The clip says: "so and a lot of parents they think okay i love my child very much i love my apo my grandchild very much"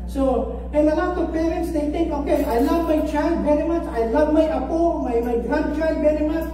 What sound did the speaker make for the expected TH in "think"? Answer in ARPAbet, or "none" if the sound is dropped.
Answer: T